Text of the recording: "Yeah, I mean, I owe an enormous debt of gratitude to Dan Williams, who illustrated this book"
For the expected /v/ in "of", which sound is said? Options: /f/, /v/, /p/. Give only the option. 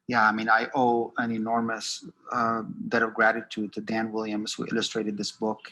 /v/